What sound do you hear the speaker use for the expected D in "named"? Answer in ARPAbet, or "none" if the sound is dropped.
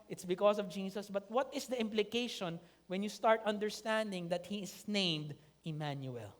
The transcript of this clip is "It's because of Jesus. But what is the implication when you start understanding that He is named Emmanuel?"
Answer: D